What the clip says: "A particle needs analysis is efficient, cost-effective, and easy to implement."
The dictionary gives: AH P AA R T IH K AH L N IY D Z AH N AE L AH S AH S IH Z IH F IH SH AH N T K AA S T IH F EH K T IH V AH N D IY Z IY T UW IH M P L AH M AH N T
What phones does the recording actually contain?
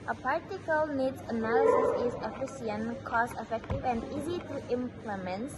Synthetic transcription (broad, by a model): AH P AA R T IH K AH L N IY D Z AH N AE L AH S AH S IH Z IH F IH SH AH N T K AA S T IH F EH K T IH V AH N D IY Z IY T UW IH M P L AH M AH N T